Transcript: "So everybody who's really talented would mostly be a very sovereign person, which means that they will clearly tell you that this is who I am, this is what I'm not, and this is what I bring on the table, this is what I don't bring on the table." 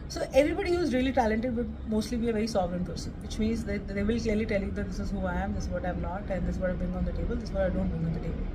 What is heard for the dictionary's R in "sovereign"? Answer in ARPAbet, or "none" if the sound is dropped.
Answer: R